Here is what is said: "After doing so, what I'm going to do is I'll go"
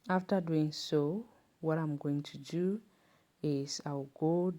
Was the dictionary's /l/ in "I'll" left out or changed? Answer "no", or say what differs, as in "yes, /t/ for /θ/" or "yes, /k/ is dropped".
yes, /w/ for /l/